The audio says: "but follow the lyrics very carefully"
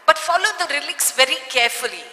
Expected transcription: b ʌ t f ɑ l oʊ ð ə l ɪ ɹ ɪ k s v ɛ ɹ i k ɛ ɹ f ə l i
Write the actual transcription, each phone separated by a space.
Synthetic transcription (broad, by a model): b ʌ t f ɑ l oʊ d ə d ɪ l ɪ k s v ɛ ɹ i k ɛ ɹ f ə l i